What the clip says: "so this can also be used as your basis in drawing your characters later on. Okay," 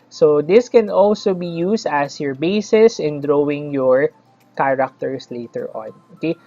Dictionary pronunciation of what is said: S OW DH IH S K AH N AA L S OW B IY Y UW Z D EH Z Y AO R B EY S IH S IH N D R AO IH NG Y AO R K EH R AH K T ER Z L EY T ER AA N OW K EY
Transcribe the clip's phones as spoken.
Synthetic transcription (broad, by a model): S OW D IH S K AH N AA L S OW B IY Y UW S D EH S Y AO R B EY S IH S IH N D R AO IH NG Y AO R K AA R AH K T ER S L EY T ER AA N OW K EY